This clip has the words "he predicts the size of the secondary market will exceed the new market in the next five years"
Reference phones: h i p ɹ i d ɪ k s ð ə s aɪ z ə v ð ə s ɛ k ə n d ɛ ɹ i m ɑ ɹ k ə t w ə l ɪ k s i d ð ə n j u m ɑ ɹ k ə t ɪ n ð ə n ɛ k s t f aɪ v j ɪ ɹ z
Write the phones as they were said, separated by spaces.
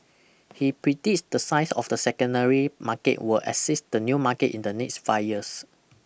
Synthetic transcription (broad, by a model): h i p ɹ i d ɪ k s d ə s aɪ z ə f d ə s ɛ k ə n d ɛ ɹ i m ɑ k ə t w ə l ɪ s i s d ə n j u m ɑ k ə t ɪ n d ə n ɛ k s t f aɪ j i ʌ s